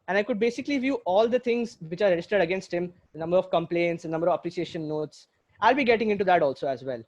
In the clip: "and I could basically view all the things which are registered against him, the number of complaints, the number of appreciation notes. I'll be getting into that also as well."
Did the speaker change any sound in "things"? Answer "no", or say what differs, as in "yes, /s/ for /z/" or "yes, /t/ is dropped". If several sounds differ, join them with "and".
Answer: yes, /t/ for /θ/